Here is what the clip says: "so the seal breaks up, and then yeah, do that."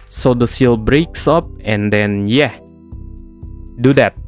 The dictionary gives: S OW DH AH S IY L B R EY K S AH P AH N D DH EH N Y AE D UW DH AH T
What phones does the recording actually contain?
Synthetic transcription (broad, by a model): S OW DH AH S IY L B R EY K S AH P AH N D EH N Y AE D UW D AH T